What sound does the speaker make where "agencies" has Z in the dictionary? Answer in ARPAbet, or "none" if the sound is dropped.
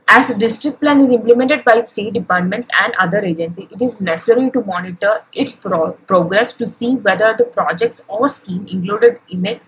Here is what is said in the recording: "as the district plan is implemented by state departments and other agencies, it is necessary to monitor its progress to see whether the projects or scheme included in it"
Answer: none